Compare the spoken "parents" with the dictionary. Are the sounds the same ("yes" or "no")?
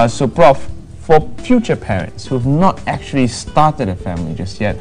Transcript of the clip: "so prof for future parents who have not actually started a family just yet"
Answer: yes